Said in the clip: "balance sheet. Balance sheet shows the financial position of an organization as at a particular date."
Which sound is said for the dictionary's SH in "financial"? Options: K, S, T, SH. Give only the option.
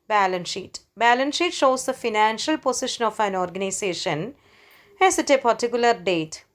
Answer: SH